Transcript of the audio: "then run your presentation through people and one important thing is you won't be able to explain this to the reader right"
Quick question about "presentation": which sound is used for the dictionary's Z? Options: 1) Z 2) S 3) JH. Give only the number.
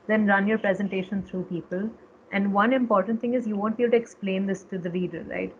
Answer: 1